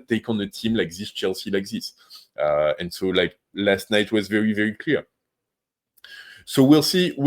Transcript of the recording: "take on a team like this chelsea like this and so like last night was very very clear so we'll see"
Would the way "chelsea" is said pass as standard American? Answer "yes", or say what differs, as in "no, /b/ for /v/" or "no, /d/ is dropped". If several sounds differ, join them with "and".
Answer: yes